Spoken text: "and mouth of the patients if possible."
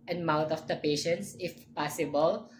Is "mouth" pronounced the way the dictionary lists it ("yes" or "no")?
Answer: no